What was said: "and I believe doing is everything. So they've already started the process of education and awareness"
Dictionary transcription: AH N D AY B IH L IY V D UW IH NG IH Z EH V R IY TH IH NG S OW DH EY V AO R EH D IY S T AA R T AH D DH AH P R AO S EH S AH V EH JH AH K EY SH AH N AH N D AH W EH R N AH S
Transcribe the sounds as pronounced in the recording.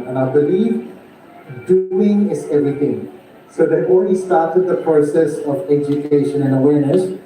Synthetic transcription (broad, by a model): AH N AY B IH L IY V D UW IH NG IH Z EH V R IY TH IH NG S OW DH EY AO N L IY S T AA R T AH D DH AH P R AO S EH S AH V EH JH AH K EY SH AH N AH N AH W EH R N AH S